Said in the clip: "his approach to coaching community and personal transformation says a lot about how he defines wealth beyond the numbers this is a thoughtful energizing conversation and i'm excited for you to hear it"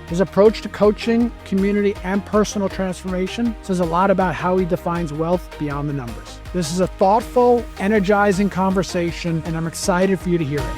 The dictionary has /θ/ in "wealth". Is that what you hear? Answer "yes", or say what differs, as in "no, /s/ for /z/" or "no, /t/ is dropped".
yes